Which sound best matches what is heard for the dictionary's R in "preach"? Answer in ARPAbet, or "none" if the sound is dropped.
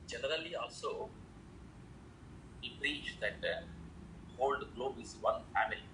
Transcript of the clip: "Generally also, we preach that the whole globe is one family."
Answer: R